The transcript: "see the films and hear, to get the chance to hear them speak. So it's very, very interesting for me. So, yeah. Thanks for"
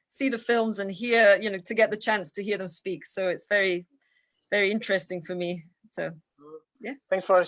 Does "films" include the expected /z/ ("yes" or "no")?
yes